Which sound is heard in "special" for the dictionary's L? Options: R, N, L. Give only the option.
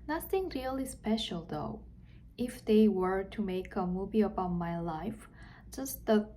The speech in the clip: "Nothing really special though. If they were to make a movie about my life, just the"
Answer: L